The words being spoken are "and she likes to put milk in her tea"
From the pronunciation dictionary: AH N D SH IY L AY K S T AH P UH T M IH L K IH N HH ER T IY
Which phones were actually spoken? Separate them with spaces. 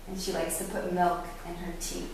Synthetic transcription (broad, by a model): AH N SH IY L AY K S T AH P UH T M IH L K IH N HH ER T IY